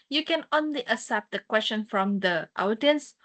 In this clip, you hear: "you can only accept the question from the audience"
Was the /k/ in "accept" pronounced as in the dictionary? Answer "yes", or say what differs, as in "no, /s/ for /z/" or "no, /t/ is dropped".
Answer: no, /k/ is dropped